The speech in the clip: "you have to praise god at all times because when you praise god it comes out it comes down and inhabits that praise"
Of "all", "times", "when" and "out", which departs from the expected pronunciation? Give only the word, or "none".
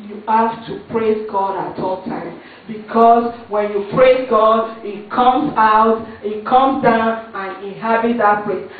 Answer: times